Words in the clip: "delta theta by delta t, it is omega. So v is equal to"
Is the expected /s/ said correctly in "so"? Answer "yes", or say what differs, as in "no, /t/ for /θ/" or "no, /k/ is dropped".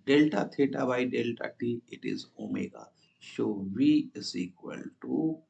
no, /ʃ/ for /s/